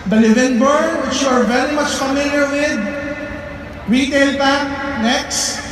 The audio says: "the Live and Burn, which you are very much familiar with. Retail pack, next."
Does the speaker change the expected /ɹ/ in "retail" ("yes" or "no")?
no